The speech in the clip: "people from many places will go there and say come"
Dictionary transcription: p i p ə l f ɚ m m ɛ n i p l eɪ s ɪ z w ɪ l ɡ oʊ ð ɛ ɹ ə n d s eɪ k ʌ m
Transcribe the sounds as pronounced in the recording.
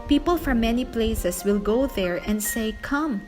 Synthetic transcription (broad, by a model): p i p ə l f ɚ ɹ m ɛ n i p l eɪ s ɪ s w ɪ l ɡ oʊ ð ɛ ɹ ə n d s eɪ k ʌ m